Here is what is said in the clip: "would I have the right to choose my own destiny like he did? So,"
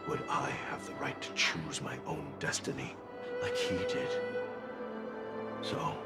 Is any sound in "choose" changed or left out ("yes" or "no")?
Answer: no